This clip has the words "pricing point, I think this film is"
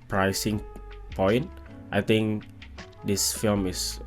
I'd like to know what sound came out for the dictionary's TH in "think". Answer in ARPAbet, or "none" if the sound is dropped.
T